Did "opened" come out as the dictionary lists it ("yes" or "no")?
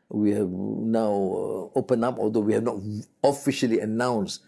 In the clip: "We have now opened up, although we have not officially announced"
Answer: no